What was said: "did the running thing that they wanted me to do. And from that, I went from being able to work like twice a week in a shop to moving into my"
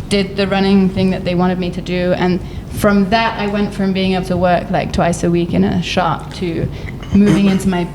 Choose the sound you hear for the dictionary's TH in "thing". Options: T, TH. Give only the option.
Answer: TH